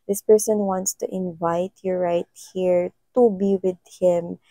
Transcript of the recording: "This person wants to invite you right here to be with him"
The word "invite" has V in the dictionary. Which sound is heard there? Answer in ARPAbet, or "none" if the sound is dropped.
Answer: V